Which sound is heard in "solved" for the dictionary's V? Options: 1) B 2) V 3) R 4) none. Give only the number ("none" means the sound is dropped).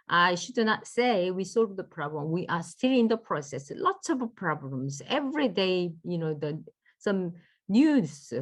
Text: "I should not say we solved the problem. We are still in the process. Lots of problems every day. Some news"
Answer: 4